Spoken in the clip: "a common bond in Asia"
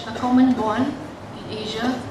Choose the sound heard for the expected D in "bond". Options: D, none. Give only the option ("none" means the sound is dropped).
none